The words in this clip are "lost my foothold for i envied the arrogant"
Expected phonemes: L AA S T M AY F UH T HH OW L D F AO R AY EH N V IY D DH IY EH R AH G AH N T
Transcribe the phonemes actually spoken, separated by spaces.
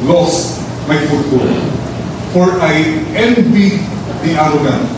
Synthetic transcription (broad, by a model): L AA S T M AY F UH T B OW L F AO R AY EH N B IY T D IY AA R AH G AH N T